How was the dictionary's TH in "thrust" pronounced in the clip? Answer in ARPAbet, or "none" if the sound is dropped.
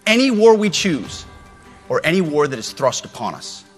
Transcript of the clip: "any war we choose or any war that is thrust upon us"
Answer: TH